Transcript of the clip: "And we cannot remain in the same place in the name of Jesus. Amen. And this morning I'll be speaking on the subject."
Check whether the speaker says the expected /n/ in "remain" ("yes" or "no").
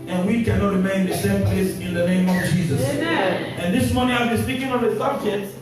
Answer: no